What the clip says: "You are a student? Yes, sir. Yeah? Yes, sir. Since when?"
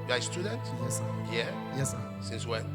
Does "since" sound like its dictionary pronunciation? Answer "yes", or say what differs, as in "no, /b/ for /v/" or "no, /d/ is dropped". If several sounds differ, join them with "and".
yes